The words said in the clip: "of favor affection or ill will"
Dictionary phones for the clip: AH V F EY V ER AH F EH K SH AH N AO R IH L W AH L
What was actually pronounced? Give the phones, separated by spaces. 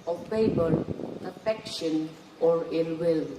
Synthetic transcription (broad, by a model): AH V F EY B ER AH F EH K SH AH N AO R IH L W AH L